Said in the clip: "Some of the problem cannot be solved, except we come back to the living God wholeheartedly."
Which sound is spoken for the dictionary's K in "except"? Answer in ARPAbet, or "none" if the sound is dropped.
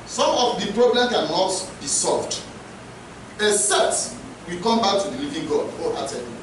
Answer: none